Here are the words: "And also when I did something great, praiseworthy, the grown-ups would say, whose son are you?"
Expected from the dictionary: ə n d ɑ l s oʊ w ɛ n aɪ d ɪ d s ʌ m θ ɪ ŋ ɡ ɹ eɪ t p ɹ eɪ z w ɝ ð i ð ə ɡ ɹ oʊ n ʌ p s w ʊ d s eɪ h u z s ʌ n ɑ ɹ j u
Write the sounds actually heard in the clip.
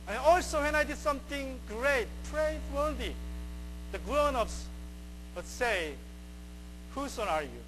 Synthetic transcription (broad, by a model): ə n ɑ l s oʊ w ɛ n aɪ d ɪ d s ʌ m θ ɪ ŋ ɡ ɹ eɪ t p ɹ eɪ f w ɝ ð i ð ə ɡ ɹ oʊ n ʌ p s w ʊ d s eɪ h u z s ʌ ɑ ɹ j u